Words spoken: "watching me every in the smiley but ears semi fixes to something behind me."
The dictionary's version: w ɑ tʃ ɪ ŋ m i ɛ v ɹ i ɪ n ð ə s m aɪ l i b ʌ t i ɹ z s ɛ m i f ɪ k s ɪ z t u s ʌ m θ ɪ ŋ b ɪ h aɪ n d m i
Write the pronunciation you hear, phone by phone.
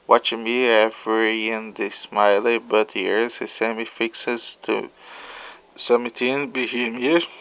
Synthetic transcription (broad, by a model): w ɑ tʃ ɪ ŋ m i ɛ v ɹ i ɪ n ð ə s m aɪ l i b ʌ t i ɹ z s ɛ m i f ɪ k s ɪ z t u s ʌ m t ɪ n b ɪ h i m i